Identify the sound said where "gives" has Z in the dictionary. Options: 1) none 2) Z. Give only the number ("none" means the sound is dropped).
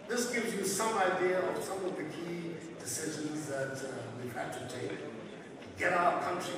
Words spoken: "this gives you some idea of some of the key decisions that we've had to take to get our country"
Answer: 2